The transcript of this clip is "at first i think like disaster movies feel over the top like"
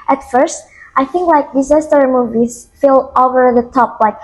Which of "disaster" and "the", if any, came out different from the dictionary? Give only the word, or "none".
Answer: none